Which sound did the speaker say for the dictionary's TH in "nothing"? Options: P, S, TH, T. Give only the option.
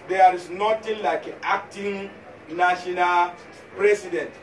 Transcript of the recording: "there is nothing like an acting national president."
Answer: T